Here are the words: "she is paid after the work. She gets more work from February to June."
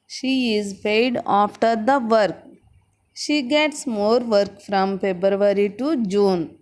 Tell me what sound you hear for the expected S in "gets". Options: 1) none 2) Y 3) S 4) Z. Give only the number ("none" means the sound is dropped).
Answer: 3